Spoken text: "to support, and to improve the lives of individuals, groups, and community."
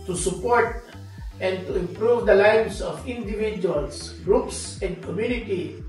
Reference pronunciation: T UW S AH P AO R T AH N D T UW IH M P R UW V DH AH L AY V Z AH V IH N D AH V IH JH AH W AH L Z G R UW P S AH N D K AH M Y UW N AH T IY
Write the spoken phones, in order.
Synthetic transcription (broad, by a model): T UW S AH P AO R T AH N D T UW IH M P R UW V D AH L AY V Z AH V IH N D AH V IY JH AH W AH L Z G R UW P S AH N D K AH M Y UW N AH T IY